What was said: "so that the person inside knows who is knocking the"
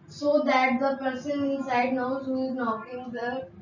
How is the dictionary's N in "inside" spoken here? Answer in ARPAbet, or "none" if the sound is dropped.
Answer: none